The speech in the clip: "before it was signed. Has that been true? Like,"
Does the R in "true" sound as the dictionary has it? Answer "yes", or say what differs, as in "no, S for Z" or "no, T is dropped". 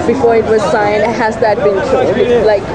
no, L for R